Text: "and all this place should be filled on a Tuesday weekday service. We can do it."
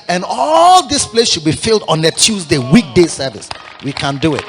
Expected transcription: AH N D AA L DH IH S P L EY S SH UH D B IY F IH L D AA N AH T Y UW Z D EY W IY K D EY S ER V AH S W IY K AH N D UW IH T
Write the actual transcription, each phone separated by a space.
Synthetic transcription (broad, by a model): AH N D AA L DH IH S P L EY S SH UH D B IY F IH L D AA N AH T Y UW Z D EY W IY K D EY S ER V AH S W IY K AH N D UW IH T